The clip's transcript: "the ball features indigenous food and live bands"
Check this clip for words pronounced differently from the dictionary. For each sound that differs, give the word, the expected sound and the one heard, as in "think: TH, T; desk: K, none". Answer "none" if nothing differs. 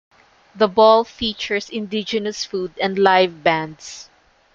features: Z, S; bands: Z, S